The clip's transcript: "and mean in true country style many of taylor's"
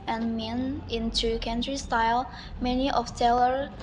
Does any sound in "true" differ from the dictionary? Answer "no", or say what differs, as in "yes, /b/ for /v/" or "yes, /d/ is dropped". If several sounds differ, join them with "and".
yes, /ɹ/ is dropped